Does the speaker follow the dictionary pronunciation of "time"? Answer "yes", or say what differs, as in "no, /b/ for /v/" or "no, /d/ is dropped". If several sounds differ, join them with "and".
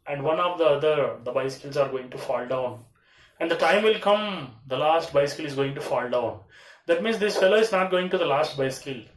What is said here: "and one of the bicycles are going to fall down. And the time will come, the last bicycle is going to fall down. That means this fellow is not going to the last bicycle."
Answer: yes